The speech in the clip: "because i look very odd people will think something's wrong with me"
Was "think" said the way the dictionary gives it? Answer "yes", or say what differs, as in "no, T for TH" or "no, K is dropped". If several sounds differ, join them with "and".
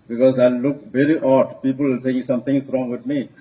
no, T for TH